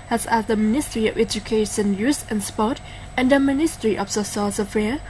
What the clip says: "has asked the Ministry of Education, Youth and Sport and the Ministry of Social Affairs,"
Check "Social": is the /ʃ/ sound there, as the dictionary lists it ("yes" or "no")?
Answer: no